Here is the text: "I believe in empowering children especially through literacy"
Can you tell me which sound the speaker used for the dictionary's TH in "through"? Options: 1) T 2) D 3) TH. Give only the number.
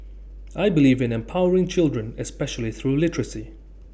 3